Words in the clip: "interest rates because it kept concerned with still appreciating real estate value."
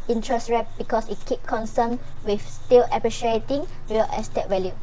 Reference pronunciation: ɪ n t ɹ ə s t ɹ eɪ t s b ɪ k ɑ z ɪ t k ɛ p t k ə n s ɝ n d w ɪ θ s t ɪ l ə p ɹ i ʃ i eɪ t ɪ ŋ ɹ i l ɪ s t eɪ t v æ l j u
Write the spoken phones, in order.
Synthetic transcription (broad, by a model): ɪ n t ɹ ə s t ɹ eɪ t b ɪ k ɑ s ɪ t k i p k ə n s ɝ n w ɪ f s t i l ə p ɹ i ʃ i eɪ t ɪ ŋ w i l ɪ s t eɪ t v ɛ l j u